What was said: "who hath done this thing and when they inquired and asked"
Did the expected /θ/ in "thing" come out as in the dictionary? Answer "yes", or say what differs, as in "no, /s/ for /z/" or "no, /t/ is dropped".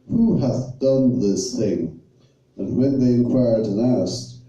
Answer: yes